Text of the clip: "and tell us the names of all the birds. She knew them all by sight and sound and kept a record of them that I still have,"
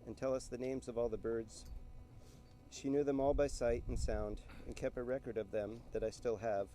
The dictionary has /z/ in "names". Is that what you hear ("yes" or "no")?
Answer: yes